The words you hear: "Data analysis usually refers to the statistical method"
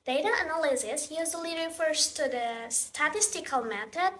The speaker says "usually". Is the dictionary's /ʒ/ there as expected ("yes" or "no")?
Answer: no